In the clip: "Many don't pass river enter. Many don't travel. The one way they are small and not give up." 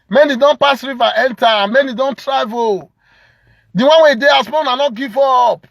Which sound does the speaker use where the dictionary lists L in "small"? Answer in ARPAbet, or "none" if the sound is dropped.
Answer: N